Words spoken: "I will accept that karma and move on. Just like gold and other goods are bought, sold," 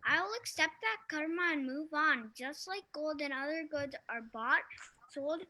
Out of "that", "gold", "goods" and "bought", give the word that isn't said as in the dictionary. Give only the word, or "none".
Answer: none